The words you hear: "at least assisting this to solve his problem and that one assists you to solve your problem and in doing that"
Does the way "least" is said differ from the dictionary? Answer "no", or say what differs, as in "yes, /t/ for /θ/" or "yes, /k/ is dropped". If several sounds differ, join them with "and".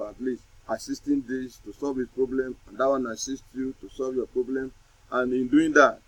yes, /t/ is dropped